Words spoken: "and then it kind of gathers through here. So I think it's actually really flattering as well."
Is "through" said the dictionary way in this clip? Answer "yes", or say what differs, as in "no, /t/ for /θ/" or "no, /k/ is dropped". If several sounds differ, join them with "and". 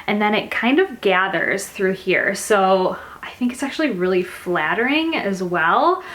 yes